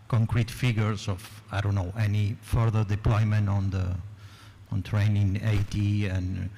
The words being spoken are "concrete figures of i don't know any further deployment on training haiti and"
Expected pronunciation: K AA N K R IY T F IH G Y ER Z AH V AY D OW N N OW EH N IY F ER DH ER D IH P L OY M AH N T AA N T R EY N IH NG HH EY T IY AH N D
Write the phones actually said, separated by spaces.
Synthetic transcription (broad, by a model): K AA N K R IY T F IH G Y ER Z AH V AY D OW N N OW EH N IY F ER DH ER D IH P L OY M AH N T AA N T R EY N IH NG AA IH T IY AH N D